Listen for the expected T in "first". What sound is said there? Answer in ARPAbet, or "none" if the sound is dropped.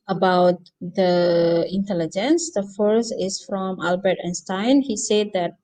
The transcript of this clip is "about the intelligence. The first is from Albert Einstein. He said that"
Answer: none